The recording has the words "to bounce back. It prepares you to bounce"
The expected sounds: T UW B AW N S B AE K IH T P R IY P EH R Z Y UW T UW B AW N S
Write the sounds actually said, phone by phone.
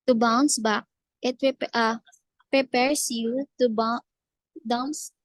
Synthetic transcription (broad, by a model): T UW B AW N S B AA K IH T P R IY P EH R S Y UW T UW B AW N S